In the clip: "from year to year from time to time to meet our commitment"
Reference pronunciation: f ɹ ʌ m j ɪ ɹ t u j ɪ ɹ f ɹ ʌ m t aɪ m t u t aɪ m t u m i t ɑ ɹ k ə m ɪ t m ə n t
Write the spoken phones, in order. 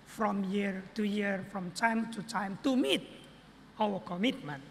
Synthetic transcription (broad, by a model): f ɹ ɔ m j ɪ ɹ t u j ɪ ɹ f ɹ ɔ m t aɪ m t u t aɪ m t u m i t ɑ w k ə m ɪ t m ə n